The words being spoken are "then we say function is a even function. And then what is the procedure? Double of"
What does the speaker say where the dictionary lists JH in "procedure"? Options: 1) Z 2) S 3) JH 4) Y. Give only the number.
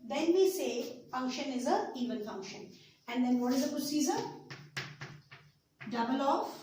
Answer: 1